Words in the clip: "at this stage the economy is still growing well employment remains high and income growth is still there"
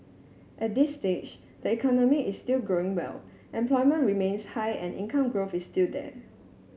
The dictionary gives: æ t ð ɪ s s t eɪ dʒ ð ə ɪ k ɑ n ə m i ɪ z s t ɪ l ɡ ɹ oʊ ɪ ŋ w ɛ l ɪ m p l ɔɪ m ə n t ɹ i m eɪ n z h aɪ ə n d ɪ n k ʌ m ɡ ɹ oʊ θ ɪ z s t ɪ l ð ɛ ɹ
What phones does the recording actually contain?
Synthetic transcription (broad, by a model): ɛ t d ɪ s s t eɪ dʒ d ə ɪ k ɑ n ə m i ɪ s t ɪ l ɡ ɹ oʊ ɪ ŋ w ɛ l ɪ m p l ɔɪ m ə n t ɹ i m eɪ n s h aɪ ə n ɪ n k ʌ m ɡ ɹ oʊ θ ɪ s t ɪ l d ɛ